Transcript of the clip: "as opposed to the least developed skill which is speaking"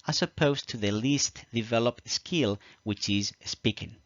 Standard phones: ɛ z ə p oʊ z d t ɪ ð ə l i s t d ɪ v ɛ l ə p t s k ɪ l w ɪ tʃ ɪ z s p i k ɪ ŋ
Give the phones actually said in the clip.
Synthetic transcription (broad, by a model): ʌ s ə p oʊ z t ɪ ð ə l i s t d ɪ v ɛ l ə p t s k ɪ l w ɪ tʃ ɪ z s p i k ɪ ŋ